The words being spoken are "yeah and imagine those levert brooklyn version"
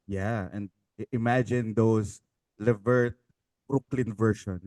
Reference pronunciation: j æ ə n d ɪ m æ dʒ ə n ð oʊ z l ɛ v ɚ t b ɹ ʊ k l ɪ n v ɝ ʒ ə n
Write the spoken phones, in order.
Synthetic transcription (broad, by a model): j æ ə n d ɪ m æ dʒ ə n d oʊ s l ɛ v ɚ t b ɹ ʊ k l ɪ n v ɝ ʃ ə n